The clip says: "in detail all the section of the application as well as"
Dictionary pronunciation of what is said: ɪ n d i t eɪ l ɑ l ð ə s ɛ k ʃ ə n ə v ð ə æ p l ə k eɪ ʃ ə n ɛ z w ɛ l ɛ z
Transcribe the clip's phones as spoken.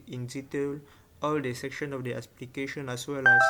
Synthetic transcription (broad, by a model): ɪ n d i t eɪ l ɑ l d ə s ɛ k ʃ ə n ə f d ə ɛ p l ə k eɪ ʃ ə n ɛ s w ɛ l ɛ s